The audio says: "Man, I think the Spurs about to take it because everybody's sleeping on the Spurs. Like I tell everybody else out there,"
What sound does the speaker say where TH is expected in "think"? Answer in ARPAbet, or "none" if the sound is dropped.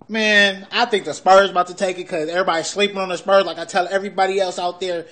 TH